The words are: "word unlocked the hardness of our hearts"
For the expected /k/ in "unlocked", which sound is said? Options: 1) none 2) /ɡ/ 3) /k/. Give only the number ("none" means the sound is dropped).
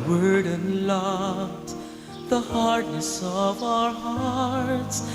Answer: 1